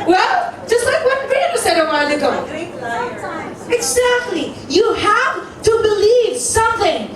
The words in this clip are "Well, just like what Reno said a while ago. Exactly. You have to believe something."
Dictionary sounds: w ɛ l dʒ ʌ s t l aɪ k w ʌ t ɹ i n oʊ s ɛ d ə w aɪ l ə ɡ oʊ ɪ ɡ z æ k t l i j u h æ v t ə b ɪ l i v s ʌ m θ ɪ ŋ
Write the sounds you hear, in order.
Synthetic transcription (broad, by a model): w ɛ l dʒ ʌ s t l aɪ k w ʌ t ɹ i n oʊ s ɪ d ə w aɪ n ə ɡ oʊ ɪ ɡ z æ k t l i j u h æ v t ə b ɪ l i v s ʌ m θ ɪ ŋ